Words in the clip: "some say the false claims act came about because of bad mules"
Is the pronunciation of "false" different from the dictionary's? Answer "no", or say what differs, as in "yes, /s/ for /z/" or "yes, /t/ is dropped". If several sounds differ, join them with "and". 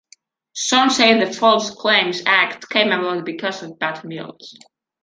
no